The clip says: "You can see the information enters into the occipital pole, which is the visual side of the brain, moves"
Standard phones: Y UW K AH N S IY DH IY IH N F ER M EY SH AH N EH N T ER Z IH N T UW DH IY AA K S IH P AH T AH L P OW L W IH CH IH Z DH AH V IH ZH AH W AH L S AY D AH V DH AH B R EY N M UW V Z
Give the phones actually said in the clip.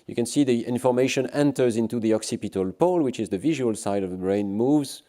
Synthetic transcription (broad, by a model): Y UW K AH N S IY DH IY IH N F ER M EY SH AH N EH N T ER Z IH N T UW DH IY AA K S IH P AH T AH L P OW L W IH CH IH Z DH AH V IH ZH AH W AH L S AY D AH V DH AH B R EY N M UW V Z